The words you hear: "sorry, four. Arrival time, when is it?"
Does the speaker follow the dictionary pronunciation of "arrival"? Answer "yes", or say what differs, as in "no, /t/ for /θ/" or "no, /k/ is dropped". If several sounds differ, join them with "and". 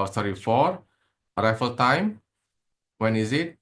no, /f/ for /v/